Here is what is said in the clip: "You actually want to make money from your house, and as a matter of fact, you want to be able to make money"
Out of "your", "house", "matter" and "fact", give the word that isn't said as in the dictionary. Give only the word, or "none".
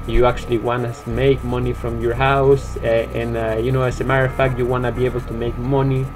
matter